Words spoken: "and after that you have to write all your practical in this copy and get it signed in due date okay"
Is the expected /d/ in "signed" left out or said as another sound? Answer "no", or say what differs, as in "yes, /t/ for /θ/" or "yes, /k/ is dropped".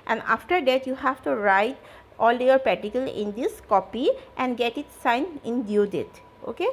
yes, /d/ is dropped